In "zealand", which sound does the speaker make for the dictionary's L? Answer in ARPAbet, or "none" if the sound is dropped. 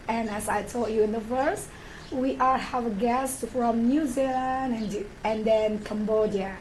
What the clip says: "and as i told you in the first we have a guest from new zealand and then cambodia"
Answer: N